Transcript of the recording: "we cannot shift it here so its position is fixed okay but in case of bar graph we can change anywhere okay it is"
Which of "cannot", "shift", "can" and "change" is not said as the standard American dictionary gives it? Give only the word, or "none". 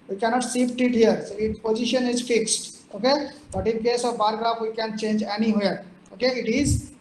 shift